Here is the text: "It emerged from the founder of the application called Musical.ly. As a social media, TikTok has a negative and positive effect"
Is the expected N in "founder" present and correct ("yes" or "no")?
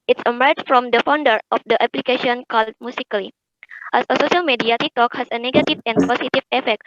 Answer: yes